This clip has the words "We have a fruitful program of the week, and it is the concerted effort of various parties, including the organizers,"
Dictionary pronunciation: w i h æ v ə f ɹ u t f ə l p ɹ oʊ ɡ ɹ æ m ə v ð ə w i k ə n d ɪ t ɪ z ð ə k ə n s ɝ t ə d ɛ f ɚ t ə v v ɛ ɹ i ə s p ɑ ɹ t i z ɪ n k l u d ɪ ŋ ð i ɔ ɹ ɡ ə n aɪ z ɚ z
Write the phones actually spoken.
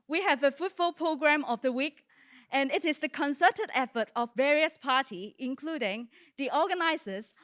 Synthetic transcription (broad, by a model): w i h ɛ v ə f u t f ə l p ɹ oʊ ɡ ɹ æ m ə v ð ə w i k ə n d ɪ t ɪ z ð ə k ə n s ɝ t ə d ɛ f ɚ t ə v v ɛ ɹ i ə s p ɑ t i ɪ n k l u d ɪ ŋ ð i ɔ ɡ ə n aɪ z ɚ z